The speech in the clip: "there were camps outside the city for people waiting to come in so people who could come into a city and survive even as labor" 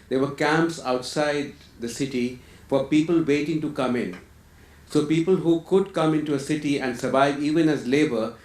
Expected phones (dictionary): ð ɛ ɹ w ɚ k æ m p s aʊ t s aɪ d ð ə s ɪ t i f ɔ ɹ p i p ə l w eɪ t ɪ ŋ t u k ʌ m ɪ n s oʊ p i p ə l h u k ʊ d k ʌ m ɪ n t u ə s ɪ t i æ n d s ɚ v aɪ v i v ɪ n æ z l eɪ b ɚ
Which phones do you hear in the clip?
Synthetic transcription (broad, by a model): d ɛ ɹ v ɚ k æ m p s aʊ t s aɪ d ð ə s ɪ t i f ɔ ɹ p i p ə l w eɪ t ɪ ŋ t u k ʌ m ɪ n s oʊ p i p ə l h u k ʊ d k ʌ m ɪ n t u ə s ɪ t i æ n d s ɚ v aɪ v i v ɪ n æ z l eɪ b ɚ